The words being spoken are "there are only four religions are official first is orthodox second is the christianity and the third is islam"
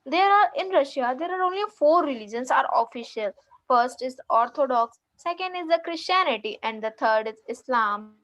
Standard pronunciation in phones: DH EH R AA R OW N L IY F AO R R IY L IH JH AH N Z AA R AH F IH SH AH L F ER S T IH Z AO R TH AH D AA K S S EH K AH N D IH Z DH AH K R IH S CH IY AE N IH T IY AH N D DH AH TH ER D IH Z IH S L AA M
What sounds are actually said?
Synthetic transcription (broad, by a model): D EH R AA R OW N L IY F AO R R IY L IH JH AH N S AA R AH F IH SH AH L F ER S T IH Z AO R T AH D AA K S S EH K AH N D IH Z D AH K R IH S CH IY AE N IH T IY AH N D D AH T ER D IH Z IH S L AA M